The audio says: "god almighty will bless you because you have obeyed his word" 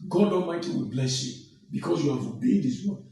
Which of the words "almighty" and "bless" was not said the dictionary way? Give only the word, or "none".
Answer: almighty